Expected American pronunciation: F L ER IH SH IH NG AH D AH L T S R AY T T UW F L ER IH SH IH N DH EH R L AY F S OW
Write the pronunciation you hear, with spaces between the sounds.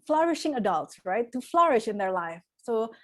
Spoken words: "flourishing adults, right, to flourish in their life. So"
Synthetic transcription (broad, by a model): F L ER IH SH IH NG AH D AH L T S R AY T T UW F L ER IH SH IH N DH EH R L AY F S OW